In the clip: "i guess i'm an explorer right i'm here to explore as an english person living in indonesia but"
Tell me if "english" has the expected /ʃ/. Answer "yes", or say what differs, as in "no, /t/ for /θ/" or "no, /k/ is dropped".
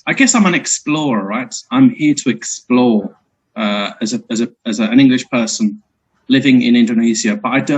yes